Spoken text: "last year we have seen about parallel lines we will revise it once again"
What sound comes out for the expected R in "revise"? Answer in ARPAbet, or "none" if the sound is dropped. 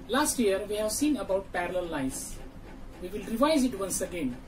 R